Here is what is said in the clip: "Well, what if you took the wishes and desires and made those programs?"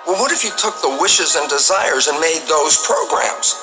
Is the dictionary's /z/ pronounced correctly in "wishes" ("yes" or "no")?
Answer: yes